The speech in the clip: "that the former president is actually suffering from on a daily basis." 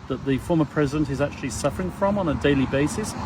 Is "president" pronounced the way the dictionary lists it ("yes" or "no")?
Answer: yes